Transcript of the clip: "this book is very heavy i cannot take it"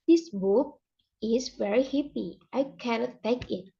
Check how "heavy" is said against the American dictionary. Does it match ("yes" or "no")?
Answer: no